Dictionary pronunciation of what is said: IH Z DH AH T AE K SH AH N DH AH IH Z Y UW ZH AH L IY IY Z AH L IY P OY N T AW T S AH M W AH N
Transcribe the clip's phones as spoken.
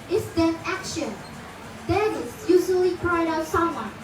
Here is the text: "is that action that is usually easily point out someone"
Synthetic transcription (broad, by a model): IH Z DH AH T AE K SH AH N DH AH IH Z Y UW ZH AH L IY IY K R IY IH T AW T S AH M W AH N